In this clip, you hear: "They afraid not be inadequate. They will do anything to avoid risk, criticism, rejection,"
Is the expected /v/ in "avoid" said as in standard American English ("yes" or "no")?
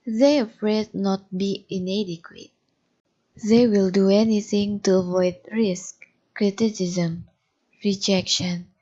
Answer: yes